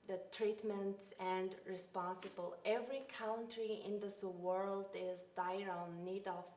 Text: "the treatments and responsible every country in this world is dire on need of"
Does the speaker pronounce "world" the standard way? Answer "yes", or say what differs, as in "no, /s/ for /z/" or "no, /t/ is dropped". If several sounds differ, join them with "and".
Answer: yes